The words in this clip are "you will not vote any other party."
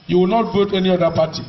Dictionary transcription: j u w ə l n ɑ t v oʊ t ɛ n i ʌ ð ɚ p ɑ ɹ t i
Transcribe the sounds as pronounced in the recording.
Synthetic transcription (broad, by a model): j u w ə l n ɑ t b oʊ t ɛ n i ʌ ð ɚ p ɑ t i